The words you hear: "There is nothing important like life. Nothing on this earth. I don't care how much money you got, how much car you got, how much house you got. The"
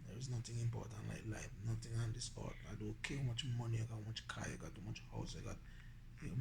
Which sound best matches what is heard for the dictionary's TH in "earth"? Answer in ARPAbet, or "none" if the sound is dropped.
T